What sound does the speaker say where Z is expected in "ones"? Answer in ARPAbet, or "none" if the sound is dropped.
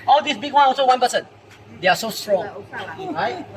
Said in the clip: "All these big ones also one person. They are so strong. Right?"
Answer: none